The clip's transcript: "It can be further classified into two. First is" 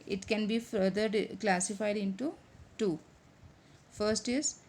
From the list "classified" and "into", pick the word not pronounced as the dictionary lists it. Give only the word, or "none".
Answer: none